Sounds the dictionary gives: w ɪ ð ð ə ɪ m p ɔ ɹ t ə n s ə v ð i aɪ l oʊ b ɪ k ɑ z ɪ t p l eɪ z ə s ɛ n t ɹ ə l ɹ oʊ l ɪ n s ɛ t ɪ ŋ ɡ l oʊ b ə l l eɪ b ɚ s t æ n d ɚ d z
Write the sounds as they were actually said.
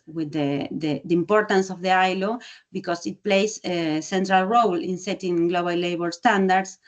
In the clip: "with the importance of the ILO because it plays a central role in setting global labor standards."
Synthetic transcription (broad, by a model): w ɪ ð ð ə ɪ m p ɔ ɹ t ə n s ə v ð i aɪ l oʊ b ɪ k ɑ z ɪ t p l eɪ s ə s ɛ n t ɹ ə l ɹ oʊ l ɪ n s ɛ t ɪ ŋ ɡ l oʊ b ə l l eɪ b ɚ s t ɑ n d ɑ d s